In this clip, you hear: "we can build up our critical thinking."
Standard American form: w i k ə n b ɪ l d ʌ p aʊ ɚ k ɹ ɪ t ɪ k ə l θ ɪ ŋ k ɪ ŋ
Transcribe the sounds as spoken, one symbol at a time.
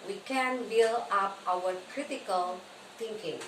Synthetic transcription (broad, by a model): w i k ə n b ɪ l ʌ p aʊ ɚ k ɹ ɪ t ɪ k ə l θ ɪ ŋ k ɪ ŋ